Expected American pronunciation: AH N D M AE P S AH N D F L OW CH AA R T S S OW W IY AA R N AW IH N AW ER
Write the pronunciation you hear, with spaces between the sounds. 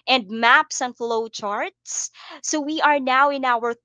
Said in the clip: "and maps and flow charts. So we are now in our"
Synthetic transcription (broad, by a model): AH N D M AE P S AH N F L OW CH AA R T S S OW W IY AA R N AW IH N AW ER